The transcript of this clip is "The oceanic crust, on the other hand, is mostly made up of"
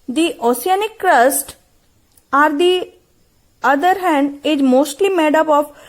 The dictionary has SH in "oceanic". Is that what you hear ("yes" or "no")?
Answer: no